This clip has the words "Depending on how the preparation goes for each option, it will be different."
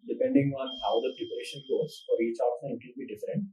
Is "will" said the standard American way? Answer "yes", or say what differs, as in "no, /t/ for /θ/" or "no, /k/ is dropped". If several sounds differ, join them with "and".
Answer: no, /n/ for /l/